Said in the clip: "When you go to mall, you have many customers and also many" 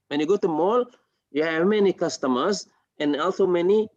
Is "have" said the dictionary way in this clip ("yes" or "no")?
yes